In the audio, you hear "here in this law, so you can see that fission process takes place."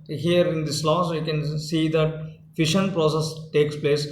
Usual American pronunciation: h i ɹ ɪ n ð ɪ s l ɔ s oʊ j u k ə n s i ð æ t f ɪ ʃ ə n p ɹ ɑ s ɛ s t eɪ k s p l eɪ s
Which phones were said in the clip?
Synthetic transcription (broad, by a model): h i ɹ ɪ n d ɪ s l ɔ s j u k ə n s i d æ t f ɪ ʃ ə n p ɹ ɑ s ɛ s t eɪ k s p l eɪ s